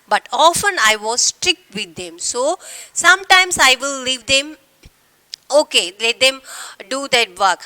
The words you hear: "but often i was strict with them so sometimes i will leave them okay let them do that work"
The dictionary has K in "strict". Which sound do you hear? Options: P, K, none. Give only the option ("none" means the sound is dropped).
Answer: K